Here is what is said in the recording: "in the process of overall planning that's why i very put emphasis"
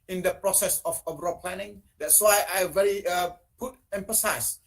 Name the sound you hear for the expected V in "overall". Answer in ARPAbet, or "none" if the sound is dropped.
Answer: B